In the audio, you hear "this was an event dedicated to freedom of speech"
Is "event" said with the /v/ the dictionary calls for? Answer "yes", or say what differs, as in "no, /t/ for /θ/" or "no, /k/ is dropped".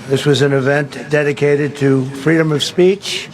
yes